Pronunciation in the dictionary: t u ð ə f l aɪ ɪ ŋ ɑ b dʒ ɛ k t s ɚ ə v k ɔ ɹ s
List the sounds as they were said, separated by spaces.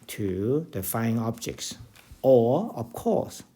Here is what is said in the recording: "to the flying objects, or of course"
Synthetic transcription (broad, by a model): t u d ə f aɪ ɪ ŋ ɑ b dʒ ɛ k t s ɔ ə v k ɔ s